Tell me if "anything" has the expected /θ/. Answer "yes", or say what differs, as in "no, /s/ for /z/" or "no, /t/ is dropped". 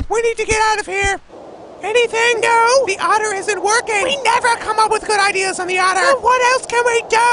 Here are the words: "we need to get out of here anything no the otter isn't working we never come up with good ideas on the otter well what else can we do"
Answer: yes